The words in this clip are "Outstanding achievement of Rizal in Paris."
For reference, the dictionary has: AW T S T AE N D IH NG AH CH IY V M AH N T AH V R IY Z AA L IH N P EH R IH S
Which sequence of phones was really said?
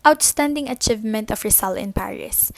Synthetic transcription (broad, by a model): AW T S T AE N D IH NG AH CH IY V M AH N T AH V R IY S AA L IH N P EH R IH S